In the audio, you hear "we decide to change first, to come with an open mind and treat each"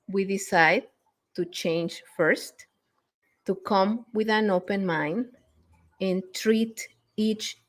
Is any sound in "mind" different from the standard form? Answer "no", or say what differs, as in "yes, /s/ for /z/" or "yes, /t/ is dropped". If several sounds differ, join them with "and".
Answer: yes, /d/ is dropped